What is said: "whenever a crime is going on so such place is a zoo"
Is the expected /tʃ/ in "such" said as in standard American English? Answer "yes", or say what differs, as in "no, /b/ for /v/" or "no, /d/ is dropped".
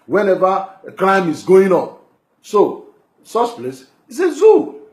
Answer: no, /s/ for /tʃ/